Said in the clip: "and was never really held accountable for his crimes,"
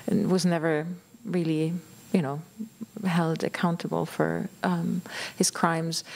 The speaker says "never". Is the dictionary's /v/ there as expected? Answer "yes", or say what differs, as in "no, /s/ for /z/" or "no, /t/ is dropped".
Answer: yes